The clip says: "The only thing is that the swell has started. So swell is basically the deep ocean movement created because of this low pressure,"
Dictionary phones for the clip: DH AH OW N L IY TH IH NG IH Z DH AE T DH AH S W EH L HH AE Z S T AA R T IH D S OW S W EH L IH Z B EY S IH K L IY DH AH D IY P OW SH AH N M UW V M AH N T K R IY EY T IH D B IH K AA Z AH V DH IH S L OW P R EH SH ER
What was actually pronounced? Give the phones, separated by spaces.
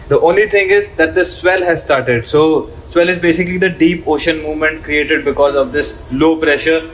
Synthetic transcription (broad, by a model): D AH OW N L IY T IH NG IH Z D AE T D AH S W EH L HH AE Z S T AA R T IH D S OW S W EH L IH Z B EY S IH K L IY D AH D IY P OW SH AH N M UW V M AH N T K R IY EY T IH D B IH K AA Z AH V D IH S L OW P R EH SH ER